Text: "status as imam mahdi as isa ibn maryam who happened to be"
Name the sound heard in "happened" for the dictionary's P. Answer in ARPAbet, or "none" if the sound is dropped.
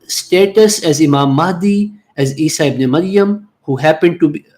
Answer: P